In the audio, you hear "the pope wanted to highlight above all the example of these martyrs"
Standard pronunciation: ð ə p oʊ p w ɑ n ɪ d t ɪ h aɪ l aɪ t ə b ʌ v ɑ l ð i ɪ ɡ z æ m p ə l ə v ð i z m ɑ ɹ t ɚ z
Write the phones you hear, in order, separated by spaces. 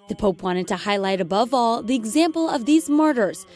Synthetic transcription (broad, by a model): ð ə p oʊ p w ɑ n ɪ d t ɪ h aɪ l aɪ t ə b ʌ v ɑ l ð i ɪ ɡ z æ m p l ə v ð i z m ɑ ɹ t ɚ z